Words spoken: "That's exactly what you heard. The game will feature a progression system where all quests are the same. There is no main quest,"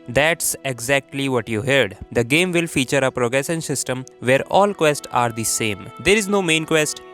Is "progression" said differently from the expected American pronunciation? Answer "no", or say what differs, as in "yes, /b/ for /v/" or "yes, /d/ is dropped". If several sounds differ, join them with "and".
yes, /s/ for /ʃ/